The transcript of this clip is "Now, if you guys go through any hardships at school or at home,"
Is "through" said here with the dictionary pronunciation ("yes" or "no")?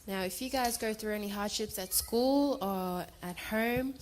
yes